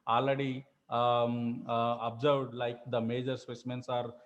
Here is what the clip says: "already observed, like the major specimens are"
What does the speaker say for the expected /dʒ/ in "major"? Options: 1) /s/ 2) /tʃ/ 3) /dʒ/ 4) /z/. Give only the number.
3